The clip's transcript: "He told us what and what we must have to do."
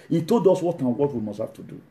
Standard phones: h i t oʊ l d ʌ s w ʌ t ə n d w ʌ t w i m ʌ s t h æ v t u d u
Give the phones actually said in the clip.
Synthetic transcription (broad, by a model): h i t oʊ l d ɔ s w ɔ t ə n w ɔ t w i m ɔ s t h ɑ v t u d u